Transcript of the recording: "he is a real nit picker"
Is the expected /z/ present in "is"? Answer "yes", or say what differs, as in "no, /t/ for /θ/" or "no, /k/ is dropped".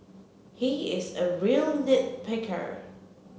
yes